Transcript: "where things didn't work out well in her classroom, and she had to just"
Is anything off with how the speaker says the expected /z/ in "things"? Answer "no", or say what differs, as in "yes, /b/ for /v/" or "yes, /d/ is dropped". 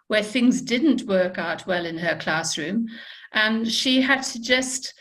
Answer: no